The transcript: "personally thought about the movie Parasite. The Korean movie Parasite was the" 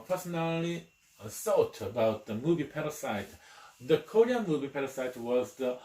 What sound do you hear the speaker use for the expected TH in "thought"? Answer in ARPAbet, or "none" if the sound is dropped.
S